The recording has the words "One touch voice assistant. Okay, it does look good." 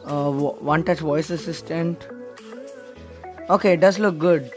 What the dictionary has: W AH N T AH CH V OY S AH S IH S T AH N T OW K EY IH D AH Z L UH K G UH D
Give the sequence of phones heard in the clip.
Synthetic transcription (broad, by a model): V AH N T AH CH V OY S AH S IH S T AH N T OW K EY D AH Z L UH K G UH D